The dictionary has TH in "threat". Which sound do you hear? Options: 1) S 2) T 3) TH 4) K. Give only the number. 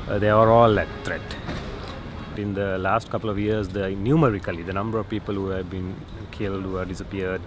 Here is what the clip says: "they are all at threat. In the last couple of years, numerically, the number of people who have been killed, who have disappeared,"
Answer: 2